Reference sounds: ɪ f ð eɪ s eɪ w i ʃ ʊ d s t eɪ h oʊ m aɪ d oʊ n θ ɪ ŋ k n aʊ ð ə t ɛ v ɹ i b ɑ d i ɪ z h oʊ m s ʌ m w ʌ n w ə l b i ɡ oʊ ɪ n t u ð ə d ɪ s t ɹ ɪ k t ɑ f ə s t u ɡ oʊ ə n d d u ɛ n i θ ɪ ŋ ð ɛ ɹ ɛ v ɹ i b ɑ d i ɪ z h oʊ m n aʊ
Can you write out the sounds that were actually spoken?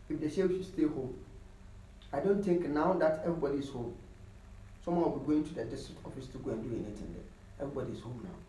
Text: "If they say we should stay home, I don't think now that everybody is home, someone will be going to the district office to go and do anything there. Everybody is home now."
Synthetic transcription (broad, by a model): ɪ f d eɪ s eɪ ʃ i s t eɪ h oʊ m aɪ d oʊ n t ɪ ŋ k n aʊ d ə t ɛ v ɹ i b ɑ d i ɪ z h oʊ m s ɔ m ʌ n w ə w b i ɡ oʊ ɪ n t u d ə d ɪ s t ɹ ɪ k t ɑ f ə s t u ɡ oʊ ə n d d u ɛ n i t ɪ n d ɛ ɛ v ɹ i b ɑ d i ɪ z h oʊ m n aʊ